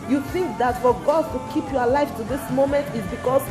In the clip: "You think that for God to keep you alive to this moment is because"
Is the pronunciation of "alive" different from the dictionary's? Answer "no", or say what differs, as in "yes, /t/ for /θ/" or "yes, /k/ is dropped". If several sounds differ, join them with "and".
yes, /f/ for /v/